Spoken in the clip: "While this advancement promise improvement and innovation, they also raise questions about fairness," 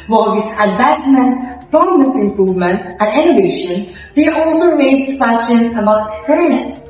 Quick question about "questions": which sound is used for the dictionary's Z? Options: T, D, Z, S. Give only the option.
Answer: S